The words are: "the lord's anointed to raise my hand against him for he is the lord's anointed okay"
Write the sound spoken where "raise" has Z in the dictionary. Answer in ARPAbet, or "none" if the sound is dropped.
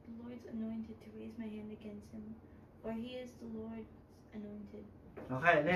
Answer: Z